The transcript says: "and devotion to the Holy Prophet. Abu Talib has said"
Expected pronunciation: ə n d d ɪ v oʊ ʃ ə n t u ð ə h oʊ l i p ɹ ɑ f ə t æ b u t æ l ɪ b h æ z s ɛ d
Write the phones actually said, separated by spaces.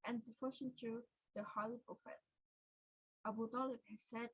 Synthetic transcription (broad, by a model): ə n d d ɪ f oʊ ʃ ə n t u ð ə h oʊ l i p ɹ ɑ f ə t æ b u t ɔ l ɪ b h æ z s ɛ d